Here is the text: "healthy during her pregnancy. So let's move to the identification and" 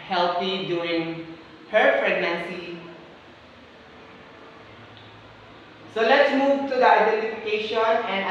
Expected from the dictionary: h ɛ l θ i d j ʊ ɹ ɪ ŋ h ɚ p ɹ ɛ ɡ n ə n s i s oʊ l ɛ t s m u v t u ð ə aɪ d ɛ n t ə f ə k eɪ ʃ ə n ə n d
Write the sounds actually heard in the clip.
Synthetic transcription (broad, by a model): h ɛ l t i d j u ɪ ŋ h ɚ p ɹ ɛ ɡ n ə n s i s oʊ l ɛ t s m u v t u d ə aɪ d ɛ n t ə f ə k eɪ ʃ ə n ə n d